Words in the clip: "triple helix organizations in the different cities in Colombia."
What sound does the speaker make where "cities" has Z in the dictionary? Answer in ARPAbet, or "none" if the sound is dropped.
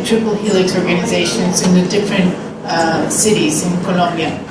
Z